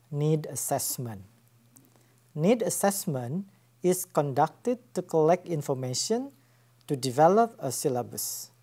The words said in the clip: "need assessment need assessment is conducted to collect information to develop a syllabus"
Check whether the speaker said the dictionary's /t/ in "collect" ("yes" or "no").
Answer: yes